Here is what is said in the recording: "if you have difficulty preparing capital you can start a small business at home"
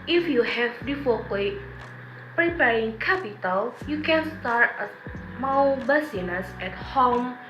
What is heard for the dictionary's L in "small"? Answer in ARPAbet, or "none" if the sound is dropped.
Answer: W